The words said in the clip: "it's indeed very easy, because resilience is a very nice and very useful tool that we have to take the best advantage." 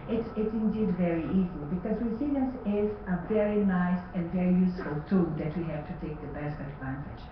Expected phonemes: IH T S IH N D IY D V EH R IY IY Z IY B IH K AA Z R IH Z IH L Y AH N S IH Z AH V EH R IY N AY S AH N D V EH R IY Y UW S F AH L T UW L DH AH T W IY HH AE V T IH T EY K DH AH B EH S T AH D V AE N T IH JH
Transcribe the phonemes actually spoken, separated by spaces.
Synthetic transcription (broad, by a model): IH T S IH N D IY D V EH R IY IY Z IY B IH K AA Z W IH S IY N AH S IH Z AH V EH R IY N AY S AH N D V EH R IY Y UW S F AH L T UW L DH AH T W IY HH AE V T IH T EY K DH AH B EH S T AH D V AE N T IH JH